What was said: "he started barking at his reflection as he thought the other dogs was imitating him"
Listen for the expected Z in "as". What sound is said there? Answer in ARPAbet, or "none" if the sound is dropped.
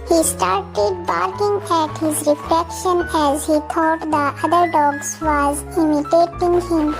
Z